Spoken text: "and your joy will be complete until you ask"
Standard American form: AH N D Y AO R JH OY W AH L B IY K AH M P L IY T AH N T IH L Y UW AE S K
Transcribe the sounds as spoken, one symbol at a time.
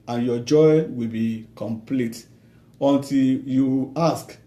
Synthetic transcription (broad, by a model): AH N Y AO JH OY W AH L B IY K AH M P L IY T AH N T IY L Y UW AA S K